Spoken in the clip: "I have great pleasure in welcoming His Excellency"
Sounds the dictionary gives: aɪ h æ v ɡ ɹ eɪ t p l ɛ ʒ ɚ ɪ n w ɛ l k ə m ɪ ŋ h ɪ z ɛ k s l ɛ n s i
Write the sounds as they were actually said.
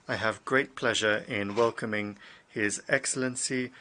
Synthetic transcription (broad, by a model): aɪ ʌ v ɡ ɹ eɪ t p l ɛ ʒ ɚ ɪ n w ɛ l k ə m ɪ ŋ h ɪ z ɛ k s l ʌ n s i